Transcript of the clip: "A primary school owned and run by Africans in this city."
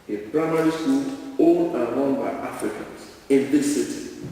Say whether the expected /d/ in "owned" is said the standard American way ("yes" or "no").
no